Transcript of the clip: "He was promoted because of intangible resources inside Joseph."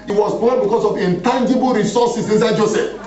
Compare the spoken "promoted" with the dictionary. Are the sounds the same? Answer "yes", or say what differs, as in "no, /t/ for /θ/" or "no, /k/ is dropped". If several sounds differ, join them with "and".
no, /ɹ/ is dropped